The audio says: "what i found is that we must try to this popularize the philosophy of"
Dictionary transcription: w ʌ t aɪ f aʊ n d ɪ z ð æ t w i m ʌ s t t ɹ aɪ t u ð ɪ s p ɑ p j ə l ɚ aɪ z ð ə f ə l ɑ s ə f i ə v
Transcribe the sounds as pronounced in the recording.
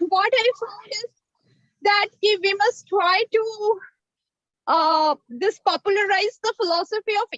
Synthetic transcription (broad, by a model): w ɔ t aɪ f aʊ d ɪ z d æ t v i m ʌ s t t ɹ aɪ t u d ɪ s p ɑ p j ə l ɚ aɪ z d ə f ə l ɑ s ə f i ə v